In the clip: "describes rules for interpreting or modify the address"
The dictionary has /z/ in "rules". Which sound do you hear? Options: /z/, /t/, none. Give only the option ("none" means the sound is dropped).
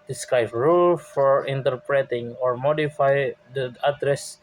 none